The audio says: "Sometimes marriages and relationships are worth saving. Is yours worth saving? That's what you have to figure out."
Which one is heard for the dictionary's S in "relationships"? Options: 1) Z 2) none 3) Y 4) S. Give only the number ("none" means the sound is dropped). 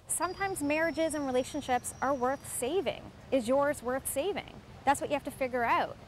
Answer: 4